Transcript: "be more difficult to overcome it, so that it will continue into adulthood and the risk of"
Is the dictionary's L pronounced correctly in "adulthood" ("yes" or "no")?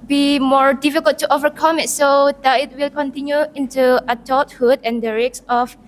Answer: no